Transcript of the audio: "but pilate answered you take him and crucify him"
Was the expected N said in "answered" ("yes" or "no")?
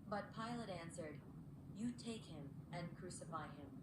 yes